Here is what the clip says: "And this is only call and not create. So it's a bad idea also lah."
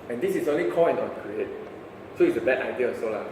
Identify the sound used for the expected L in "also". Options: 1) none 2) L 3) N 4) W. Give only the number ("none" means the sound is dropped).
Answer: 1